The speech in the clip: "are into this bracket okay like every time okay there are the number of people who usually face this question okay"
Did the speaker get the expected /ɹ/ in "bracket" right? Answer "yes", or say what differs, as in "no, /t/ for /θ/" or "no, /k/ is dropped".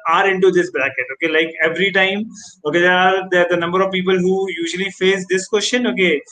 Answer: no, /l/ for /ɹ/